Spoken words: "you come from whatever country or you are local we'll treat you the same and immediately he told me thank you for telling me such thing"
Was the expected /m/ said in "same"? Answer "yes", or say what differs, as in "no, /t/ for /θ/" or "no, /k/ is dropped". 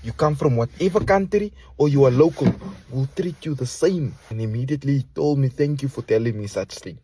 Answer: yes